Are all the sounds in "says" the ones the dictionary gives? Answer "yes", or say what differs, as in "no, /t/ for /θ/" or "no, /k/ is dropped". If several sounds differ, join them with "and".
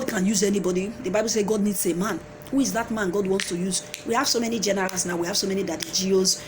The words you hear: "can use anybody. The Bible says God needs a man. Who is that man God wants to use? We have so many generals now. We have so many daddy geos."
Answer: no, /z/ is dropped